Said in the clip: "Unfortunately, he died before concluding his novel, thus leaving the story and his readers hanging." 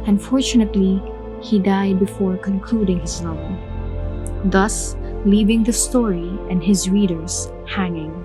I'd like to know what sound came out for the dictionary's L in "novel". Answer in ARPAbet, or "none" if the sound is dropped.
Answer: N